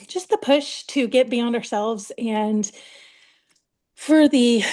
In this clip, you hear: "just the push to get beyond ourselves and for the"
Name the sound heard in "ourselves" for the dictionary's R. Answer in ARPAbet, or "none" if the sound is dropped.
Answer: R